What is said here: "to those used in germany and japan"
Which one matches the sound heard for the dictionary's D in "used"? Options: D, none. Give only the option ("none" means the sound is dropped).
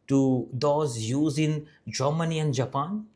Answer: none